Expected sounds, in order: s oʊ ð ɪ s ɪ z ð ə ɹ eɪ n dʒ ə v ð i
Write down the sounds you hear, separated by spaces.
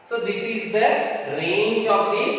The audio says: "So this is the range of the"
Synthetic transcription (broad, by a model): s oʊ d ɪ s ɪ z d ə ɹ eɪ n tʃ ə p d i